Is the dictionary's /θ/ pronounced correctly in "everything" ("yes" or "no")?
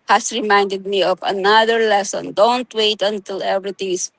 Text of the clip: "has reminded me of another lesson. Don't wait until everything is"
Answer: no